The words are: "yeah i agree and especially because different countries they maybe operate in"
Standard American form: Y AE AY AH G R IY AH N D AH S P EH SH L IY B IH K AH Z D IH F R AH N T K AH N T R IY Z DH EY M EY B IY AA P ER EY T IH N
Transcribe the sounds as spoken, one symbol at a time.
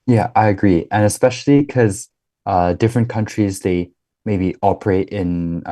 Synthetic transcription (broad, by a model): Y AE AY AH G R IY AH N AH S P EH SH L IY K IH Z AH D IH F R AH N K AH N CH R IY Z DH EY M EY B IY AA P ER EY T IH N